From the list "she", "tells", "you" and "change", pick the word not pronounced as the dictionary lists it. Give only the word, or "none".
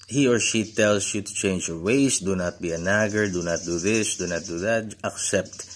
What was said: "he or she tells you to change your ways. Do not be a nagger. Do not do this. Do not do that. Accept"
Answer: tells